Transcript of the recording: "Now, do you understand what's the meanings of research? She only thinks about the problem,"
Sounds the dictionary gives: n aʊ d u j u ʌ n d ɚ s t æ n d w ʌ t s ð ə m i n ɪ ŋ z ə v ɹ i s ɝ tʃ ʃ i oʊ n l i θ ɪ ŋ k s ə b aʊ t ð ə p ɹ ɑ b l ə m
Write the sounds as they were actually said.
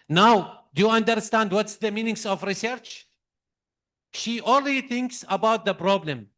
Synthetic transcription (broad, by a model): n aʊ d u j u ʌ n d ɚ s t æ n d w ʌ t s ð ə m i n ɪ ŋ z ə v ɹ i s ɝ tʃ ʃ i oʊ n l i θ ɪ ŋ k s ə b aʊ t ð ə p ɹ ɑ b l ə m